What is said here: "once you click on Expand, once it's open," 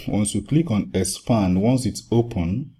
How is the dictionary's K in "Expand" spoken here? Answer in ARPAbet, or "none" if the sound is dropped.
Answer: none